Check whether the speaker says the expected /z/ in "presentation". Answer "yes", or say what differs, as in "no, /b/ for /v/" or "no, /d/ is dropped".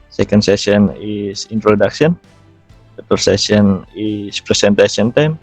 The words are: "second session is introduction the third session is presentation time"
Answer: no, /s/ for /z/